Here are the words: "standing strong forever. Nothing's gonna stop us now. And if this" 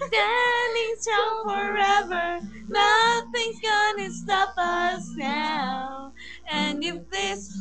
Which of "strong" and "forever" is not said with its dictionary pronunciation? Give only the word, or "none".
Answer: strong